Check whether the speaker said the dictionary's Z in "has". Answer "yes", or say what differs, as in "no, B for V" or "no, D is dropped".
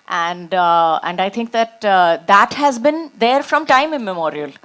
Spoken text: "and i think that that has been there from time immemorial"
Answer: yes